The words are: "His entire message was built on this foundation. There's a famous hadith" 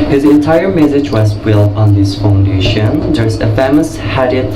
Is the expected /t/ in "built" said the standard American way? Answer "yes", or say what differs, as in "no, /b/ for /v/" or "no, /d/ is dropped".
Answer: no, /t/ is dropped